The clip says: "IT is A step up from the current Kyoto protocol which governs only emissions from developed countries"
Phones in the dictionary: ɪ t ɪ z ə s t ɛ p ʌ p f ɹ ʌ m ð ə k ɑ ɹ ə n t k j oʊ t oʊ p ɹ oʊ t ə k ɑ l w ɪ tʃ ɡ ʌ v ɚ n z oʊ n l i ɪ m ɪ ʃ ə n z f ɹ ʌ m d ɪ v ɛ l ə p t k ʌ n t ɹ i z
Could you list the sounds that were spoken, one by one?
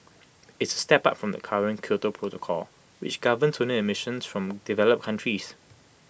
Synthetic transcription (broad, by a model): ɪ t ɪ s ə s t ɛ p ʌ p f ɹ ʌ m ð ə k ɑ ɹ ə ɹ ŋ k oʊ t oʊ p ɹ oʊ t ə k ɑ l w ɪ tʃ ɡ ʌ v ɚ n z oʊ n i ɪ m ɪ ʃ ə n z f ɹ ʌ m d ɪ v ɛ l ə p k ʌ n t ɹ i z